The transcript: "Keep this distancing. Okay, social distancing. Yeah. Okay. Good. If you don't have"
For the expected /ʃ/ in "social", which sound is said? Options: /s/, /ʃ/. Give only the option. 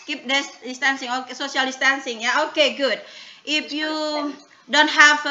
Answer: /s/